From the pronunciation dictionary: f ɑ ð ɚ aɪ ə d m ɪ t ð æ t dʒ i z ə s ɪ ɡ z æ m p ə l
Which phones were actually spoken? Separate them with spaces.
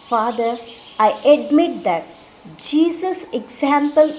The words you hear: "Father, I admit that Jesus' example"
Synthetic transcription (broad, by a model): f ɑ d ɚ aɪ ə d m ɪ t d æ t dʒ i s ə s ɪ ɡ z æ m p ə l